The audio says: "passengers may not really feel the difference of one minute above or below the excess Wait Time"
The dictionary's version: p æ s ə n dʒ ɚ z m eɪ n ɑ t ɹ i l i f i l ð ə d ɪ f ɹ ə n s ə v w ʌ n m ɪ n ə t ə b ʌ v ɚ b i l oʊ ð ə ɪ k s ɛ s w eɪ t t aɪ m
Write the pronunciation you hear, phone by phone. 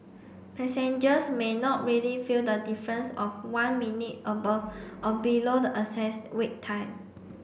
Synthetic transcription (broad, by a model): p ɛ s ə n dʒ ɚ s m eɪ n ɑ t ɹ i l i f i l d ə d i f ɹ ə n s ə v w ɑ n m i n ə t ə b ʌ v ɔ b i l oʊ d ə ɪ s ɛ s w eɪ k t aɪ m